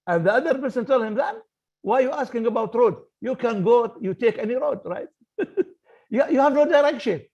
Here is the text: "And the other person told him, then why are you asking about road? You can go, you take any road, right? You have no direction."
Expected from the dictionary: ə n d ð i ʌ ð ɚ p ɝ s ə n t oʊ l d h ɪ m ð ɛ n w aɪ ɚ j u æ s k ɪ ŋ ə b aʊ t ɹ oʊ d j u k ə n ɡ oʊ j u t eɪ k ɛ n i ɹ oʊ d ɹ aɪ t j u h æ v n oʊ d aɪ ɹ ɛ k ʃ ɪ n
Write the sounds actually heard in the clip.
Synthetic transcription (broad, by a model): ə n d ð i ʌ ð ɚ p ɝ s ə n t oʊ l d h ɪ m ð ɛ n w aɪ j u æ s k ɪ ŋ ə b aʊ t ɹ oʊ d j u k ə n ɡ oʊ j u t eɪ k ɛ n i ɹ oʊ d ɹ aɪ t j u h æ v n oʊ d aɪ ɹ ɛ k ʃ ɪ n